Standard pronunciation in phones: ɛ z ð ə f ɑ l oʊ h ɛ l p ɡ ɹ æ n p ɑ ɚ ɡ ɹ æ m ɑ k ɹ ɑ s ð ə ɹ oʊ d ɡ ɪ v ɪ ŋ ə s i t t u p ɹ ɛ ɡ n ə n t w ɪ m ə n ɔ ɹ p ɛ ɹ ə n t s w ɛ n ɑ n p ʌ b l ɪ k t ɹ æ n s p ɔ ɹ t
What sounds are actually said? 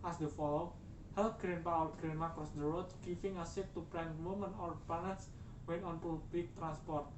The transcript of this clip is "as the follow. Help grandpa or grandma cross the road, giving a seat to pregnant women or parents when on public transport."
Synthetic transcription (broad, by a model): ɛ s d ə f ɑ l oʊ h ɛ l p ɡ ɹ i n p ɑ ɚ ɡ ɹ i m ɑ k ɹ ɑ s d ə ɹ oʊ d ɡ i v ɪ ŋ ə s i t t u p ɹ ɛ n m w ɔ m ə n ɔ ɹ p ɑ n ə t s w ɛ n ɑ n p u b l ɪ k t ɹ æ n s p ɔ ɹ t